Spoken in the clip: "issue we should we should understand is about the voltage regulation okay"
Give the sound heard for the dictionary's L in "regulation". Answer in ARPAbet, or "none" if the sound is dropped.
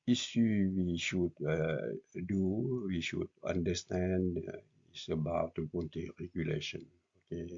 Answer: L